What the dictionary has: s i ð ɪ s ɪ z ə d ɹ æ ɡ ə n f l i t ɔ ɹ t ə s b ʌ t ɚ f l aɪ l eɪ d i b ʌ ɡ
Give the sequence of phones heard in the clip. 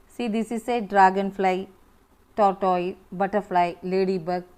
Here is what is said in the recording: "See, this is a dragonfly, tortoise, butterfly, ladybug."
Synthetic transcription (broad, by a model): s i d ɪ s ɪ s ə d ɹ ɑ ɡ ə n p l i t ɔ ɹ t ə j b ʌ t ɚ p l aɪ l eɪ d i b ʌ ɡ